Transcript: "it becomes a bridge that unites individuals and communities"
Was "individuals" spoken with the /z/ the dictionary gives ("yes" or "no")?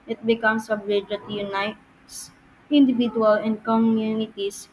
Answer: no